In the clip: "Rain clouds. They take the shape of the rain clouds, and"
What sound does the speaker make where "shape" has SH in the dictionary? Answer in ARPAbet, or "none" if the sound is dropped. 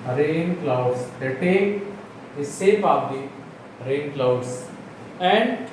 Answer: S